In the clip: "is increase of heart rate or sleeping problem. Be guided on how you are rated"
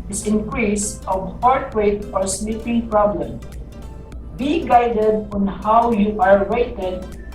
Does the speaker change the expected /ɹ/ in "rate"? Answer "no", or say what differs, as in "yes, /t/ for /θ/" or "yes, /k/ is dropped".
yes, /w/ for /ɹ/